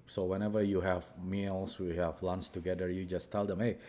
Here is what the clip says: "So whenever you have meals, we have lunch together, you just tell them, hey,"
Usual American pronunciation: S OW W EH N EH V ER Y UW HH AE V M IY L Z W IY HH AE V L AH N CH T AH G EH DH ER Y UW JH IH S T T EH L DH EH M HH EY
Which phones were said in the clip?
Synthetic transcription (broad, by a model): S OW W EH N EH V ER Y UW HH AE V M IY L S W IY HH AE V L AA N S T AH G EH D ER Y UW JH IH S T T EH L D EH M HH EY